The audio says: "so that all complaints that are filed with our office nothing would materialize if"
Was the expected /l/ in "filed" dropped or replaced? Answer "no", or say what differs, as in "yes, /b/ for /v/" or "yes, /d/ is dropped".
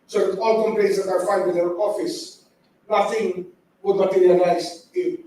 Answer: yes, /n/ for /l/